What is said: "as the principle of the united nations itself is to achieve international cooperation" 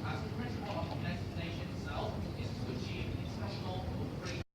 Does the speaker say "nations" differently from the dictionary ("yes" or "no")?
yes